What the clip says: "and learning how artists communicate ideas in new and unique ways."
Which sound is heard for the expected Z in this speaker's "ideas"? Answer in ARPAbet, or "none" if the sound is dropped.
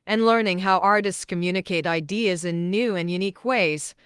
Z